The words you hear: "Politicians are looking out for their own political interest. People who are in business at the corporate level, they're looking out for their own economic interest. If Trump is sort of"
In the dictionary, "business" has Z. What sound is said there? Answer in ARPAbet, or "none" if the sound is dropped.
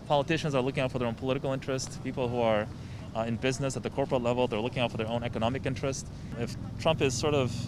Z